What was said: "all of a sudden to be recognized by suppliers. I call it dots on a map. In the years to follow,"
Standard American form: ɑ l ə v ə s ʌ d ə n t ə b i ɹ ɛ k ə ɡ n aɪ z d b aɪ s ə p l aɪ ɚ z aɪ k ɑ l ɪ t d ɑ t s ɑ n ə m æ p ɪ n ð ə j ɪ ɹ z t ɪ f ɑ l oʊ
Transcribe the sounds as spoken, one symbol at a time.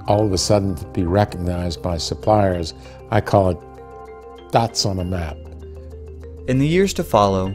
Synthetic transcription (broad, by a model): ɑ l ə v ə s ʌ d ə n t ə b i ɹ ɛ k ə ɡ n aɪ z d b aɪ s ə p l aɪ ɚ z aɪ k ɑ l ɪ t d ɑ t s n ə m æ p ɪ n ð ə j ɪ ɹ z t ɪ f ɑ l oʊ